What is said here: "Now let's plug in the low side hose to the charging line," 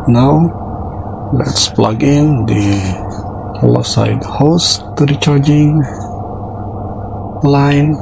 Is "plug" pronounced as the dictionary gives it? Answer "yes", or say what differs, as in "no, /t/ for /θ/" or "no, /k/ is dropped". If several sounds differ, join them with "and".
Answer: yes